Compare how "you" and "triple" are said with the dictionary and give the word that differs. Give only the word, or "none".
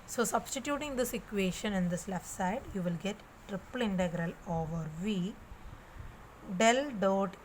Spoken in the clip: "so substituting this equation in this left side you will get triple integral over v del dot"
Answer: none